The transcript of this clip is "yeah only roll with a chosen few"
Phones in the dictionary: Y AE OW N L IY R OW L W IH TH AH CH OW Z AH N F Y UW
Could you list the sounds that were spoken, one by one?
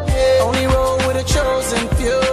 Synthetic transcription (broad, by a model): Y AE OW N L IY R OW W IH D AH CH OW Z AH N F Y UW